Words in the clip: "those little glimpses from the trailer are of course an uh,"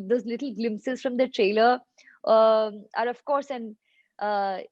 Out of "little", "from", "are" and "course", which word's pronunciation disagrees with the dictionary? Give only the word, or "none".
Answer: none